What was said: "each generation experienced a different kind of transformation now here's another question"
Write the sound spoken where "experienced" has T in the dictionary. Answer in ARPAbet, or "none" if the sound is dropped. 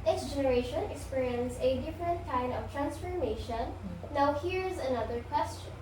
none